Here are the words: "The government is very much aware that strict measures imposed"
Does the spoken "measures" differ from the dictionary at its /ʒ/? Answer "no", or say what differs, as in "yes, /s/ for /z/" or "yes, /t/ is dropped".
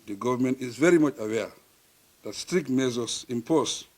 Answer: yes, /z/ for /ʒ/